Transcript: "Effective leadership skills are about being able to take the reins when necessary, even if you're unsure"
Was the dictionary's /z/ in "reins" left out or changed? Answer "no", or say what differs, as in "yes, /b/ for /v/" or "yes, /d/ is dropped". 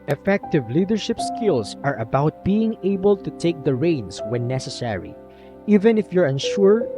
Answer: yes, /s/ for /z/